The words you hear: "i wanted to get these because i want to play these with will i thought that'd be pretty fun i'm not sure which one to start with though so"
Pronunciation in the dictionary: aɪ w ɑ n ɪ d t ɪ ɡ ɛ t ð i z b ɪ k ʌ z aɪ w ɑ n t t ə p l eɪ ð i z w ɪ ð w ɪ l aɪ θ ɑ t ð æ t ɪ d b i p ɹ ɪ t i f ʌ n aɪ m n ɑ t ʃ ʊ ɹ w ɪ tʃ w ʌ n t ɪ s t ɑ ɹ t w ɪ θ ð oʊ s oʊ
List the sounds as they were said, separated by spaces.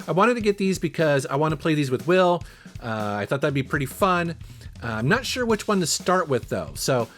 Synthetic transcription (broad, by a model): aɪ w ɑ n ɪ d t ɪ ɡ ɛ t ð i z b ɪ k ʌ z aɪ w ɑ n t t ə p l eɪ ð i z w ɪ ð w ɪ l aɪ θ ɑ t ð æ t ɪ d b i p ɹ ɪ t i f ʌ n aɪ m n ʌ t ʃ ʊ ɹ w ɪ tʃ w ʌ n t ɪ s t ɑ ɹ t w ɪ ð oʊ s oʊ